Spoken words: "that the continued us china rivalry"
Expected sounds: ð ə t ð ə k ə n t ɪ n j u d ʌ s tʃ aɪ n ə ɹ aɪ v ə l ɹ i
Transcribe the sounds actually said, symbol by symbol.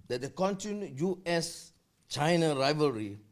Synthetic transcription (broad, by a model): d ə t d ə k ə n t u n j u ɛ s tʃ aɪ n ə ɹ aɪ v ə ɹ i